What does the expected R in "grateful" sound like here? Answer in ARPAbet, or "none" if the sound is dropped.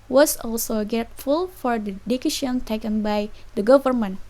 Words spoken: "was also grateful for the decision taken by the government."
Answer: none